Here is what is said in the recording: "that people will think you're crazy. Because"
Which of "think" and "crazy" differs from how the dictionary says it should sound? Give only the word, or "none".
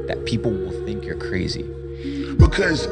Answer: none